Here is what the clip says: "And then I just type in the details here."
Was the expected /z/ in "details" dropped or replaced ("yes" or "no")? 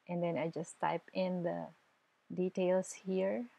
yes